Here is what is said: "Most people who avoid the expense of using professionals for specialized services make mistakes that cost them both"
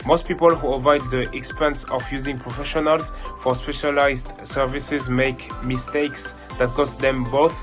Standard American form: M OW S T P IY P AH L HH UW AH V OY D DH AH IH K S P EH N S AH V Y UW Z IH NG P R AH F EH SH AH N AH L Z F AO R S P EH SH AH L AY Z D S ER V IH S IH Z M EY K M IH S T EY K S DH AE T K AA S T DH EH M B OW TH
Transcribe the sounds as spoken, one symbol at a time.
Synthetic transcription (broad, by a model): M OW S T P IY P AH L HH UW AH V OY D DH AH IH K S P EH N S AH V Y UW Z IH NG P R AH F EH SH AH N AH L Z F AO R S P EH SH AH L AY Z D S ER V IH S IH Z M EY K M IH S T EY K S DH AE T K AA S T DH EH M B OW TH